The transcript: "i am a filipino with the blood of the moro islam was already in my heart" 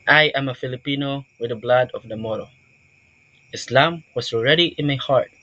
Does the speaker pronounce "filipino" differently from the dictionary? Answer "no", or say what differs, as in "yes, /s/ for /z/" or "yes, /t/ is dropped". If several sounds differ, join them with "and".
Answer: no